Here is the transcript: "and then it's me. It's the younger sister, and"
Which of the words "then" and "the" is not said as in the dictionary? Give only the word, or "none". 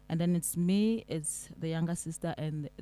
none